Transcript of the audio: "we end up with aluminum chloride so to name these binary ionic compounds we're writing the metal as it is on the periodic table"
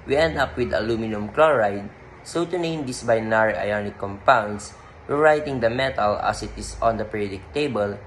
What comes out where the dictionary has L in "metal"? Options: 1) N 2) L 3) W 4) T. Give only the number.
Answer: 2